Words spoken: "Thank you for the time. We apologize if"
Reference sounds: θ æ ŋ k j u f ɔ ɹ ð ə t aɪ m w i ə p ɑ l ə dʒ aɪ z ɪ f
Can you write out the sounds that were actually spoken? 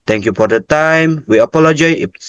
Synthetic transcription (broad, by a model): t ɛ ŋ k j u f ɔ ɹ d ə t aɪ m w i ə p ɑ l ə dʒ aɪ ɪ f